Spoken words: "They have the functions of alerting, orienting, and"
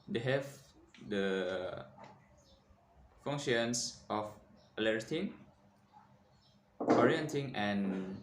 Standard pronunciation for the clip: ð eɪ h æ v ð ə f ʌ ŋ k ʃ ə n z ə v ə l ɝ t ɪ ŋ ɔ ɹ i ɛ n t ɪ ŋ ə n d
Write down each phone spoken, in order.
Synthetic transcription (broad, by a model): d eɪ h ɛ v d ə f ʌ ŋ ʃ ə n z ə f ə l ɝ t ɪ ŋ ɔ ɹ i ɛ n t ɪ ŋ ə n